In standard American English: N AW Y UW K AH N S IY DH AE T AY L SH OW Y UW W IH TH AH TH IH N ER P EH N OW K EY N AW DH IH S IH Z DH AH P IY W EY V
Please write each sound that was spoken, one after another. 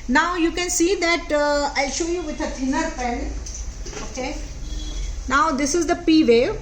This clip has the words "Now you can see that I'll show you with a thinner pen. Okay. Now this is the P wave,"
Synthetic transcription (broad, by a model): N AW Y UW K AH N S IY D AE T AY SH OW Y UW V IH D AH T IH N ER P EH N OW K EY N AW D IH S IH Z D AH P IY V EY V